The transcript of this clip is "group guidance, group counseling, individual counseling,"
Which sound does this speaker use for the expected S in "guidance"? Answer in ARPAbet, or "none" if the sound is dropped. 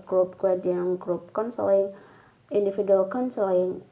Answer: none